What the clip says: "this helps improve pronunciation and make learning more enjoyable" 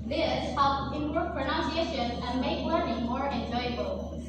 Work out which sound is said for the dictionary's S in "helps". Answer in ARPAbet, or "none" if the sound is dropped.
none